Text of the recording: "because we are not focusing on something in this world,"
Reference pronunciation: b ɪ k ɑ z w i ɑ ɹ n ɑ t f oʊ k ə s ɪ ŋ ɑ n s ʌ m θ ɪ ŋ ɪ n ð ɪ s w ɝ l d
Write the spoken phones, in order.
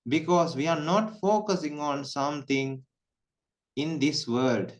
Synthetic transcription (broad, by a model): b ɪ k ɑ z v i ɑ ɹ n ɑ t f oʊ k ə s ɪ ŋ ɑ n s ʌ m t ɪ ŋ ɪ n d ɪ s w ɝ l d